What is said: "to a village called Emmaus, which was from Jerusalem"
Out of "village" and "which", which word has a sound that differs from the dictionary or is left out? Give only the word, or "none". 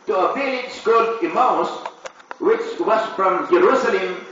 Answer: village